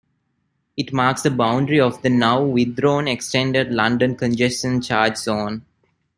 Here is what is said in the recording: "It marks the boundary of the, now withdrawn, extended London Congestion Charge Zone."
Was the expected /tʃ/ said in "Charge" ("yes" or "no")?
yes